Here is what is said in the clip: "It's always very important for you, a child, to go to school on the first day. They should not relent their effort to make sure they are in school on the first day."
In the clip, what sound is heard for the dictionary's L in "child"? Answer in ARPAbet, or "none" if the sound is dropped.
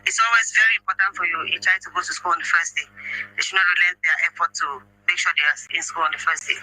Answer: none